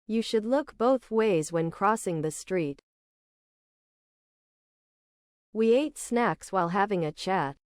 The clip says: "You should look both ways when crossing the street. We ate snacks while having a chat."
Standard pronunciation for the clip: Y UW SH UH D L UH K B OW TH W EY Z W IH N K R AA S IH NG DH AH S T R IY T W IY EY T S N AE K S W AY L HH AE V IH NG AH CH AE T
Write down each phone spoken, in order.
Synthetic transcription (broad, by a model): Y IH SH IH D L UH K B OW TH W EY Z W IH N K R AA S IH NG DH AH S T R IY T W IY EY T S N AE K S W AY L HH AE V IH NG AH CH AE T